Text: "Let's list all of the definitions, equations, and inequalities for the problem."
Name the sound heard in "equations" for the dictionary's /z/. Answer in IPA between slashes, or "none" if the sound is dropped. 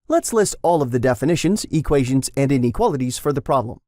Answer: /z/